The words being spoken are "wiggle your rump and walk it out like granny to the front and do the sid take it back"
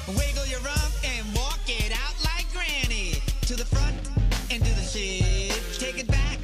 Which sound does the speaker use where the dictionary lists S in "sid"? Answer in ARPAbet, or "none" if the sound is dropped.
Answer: SH